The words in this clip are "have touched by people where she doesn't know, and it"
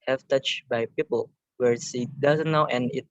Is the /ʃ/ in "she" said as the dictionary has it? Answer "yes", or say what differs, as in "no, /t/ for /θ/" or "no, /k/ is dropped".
no, /s/ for /ʃ/